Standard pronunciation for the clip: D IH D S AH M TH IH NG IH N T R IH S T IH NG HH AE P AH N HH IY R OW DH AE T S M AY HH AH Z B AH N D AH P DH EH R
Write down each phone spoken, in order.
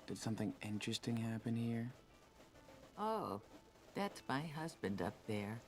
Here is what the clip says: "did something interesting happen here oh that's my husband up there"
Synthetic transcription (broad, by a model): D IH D S AH M TH IH NG IH N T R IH S T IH NG HH AE P AH N HH IY R OW DH AE T S M AY HH AH Z B AH N D AH P DH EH R